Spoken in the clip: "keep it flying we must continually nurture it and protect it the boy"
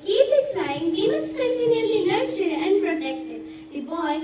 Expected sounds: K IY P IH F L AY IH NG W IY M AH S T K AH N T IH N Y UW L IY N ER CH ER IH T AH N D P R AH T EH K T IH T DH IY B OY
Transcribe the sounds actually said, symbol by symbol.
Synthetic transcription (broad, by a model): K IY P IH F AY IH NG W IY M AH S T K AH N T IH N Y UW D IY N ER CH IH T AH N D P R AH T EH K T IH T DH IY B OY